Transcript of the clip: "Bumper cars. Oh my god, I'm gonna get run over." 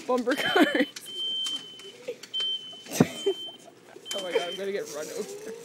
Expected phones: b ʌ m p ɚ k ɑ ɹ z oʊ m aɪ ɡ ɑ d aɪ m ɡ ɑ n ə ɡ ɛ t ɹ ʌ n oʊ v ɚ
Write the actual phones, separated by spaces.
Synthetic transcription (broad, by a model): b ʌ m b ɚ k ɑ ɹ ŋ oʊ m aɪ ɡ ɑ aɪ m ɡ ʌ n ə ɡ ɛ t ɹ ʌ n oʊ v ɚ